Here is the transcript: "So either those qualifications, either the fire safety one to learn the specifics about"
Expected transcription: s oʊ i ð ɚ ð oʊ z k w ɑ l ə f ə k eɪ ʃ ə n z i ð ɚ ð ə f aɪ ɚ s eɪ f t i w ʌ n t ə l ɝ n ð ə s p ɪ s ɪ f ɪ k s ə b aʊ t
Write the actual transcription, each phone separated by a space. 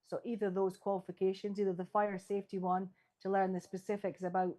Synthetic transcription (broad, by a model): s oʊ i ð ɚ ð oʊ z k w ɑ l ə f ə k eɪ ʃ ə n z i ð ɚ ð ə f aɪ ɚ s eɪ f t i w ʌ n t ə l ɝ n ð ə s p ɪ s ɪ f ɪ k s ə b aʊ t